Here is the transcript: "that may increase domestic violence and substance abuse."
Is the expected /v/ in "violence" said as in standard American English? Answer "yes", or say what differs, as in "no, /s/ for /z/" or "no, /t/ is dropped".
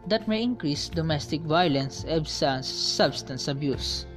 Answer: yes